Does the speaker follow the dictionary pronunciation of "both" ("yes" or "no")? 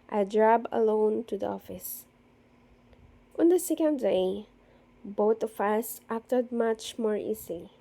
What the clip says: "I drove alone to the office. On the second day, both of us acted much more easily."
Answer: no